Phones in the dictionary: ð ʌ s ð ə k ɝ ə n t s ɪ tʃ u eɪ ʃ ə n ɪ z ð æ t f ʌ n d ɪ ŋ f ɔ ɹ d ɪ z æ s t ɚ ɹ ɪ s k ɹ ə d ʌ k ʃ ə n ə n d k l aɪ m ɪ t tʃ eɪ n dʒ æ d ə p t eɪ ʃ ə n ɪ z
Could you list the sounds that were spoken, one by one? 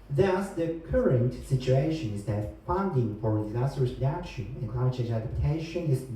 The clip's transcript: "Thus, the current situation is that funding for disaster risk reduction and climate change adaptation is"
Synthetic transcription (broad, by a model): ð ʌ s ð ə k ɝ ə n t s ɪ tʃ u eɪ ʃ ə n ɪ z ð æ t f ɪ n d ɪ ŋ f ɔ ɹ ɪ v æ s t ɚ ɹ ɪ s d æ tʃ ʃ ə ə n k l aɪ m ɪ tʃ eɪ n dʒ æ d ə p t eɪ ʃ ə n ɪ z